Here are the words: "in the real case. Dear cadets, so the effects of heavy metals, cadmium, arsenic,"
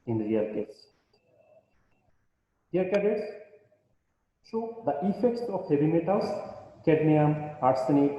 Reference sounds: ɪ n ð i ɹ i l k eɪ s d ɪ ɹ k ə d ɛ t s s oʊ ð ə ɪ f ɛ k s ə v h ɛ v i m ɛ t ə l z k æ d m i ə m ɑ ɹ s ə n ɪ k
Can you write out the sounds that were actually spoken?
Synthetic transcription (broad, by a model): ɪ n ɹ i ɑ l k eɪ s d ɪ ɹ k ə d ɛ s ʃ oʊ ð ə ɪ f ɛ k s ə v h ɛ v i m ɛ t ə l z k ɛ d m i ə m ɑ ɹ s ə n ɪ